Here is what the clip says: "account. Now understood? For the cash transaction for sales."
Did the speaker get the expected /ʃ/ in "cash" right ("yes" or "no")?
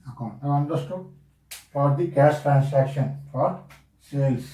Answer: no